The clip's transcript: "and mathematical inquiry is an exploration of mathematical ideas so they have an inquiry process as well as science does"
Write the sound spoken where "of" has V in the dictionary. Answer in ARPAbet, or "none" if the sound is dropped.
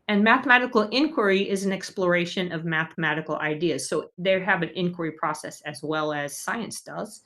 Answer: V